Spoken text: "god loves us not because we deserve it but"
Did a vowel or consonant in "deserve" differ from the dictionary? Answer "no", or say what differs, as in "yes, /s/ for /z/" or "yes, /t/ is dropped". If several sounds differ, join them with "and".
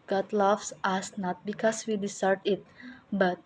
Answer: yes, /s/ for /z/